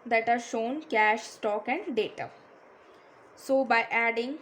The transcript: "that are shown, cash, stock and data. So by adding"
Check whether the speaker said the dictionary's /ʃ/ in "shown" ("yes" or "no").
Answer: yes